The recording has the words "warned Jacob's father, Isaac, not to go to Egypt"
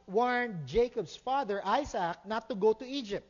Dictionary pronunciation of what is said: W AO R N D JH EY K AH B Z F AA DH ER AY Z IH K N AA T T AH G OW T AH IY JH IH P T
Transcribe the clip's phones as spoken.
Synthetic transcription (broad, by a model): W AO R N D JH EY K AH B S F AA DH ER AY S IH K N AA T T AH G OW T AH IY JH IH P T